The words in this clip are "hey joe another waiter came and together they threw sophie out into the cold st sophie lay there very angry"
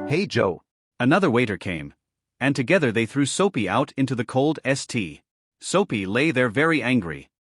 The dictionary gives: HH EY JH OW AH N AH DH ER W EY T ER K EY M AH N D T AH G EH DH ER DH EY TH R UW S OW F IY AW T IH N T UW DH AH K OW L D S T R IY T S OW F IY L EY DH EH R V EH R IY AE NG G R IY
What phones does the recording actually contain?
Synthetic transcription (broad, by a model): HH EY JH OW AH N AH DH ER W EY T ER K EY M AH N T AH G EH DH ER DH EY TH R UW S OW P IY AW T IH N T UW DH AH K OW L D S T IY S OW P IY L EY DH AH R V EH R IY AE NG G R IY